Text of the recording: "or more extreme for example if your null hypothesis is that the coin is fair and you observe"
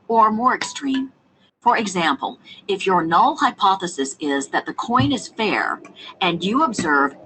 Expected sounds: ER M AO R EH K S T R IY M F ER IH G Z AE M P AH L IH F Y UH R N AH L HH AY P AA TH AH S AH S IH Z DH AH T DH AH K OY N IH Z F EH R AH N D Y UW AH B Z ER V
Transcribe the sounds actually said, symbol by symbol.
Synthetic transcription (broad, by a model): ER M AO R EH K S T R IY M F ER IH G Z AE M P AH L IH F Y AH R N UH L HH AY P AA TH AH S AH S IH Z DH AH T DH AH K OY N IH Z F EH R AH N Y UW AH B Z ER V